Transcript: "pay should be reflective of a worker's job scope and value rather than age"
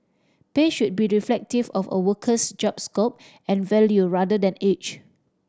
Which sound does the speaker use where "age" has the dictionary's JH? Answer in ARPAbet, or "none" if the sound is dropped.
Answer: CH